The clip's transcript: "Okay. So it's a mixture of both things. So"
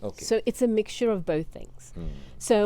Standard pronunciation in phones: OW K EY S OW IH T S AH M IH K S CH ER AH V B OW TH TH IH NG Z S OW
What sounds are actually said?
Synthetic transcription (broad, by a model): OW S OW IH T S AH M IH K S CH ER AH V B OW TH TH IH NG Z S OW